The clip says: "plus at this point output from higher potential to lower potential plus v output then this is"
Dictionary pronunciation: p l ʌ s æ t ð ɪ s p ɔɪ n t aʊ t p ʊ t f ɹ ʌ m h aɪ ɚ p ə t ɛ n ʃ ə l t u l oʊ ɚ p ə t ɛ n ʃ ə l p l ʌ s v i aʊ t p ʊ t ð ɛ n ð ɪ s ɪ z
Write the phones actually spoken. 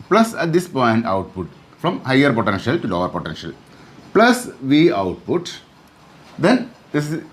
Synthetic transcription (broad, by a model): p l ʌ s æ t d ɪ s p ɔɪ n t aʊ t p ʊ t f ɹ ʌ m h aɪ ɚ p ə t ɛ n ʃ ə l t u l oʊ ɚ p ə t ɛ n ʃ ə l p l ʌ s v i aʊ t p ʊ t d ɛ n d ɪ s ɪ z